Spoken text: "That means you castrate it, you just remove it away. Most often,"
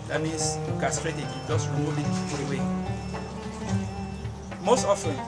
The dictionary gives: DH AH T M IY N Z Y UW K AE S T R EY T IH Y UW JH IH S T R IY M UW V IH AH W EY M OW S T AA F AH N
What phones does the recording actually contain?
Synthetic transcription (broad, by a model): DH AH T M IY N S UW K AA S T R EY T IH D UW JH IH S T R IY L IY P IH W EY M OW S T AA F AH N